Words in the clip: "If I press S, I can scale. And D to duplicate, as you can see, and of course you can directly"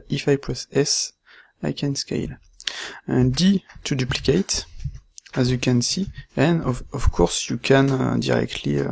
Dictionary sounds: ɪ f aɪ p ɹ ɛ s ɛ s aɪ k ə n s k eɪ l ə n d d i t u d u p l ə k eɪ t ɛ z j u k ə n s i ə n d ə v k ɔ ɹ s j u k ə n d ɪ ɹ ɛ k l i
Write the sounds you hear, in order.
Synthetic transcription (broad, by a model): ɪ f aɪ p l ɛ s ɛ s aɪ k ə n s k eɪ l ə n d d i t u d u p l ə k eɪ t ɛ z j u k ə n s i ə n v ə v k ɔ ɹ s j u k ə n d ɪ ɹ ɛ k l i